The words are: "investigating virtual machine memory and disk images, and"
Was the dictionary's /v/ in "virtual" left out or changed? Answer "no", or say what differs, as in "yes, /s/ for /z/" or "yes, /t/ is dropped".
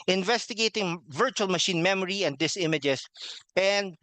no